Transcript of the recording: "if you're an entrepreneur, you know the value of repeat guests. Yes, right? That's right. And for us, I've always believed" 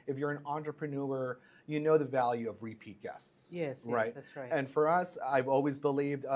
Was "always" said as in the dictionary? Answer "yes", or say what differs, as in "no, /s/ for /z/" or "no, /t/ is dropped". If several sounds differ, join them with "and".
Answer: yes